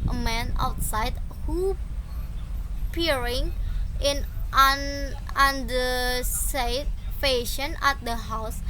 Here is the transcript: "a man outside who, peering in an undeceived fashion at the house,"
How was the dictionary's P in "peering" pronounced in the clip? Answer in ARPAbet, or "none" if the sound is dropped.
P